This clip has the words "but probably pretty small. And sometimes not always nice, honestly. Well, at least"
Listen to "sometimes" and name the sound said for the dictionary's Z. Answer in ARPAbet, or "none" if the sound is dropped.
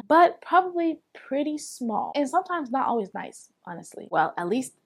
Z